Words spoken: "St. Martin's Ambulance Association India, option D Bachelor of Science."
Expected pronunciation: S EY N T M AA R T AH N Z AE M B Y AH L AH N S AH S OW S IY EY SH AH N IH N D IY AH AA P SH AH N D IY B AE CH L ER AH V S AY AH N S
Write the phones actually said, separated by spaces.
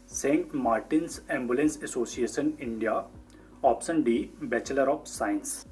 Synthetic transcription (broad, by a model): S EY N T M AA R T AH N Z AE M B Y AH L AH N S AH S OW S IY EY SH AH N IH N D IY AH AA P S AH N D IY B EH CH L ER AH P S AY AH N S